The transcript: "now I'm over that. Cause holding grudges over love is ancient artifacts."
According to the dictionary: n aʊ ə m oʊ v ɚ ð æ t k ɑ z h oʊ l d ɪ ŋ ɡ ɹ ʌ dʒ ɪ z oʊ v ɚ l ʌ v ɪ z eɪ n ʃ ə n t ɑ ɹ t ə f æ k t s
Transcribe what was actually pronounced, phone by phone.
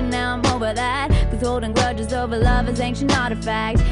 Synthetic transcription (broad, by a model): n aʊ ə m oʊ v ɚ ð æ t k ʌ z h oʊ l d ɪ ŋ ɡ ɹ ʌ dʒ ɪ z oʊ v ɚ l ʌ v ɪ z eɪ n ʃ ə n ɑ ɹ t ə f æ k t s